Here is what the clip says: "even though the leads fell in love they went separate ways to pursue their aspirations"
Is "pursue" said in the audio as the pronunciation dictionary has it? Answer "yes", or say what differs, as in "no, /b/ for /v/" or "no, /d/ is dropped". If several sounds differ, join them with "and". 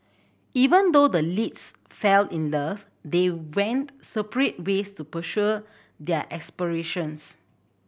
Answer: no, /ʃ/ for /s/